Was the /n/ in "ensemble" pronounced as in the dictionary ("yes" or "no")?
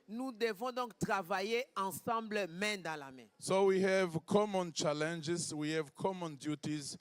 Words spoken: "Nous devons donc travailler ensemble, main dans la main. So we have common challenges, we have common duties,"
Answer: no